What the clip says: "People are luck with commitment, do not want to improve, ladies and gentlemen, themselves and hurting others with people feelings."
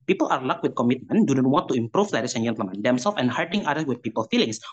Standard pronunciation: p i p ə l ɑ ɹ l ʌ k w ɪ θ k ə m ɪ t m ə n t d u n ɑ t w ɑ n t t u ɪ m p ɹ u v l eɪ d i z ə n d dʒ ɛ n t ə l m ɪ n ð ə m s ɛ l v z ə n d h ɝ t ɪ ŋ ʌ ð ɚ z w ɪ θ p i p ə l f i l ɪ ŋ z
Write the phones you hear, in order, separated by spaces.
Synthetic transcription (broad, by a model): p i p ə l ɑ ɹ l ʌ k w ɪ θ k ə m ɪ t m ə n d u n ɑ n w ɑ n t t u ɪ m p ɹ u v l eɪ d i s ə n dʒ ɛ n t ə m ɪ n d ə m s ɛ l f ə n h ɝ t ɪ ŋ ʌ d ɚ w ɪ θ p i p ə l f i l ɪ ŋ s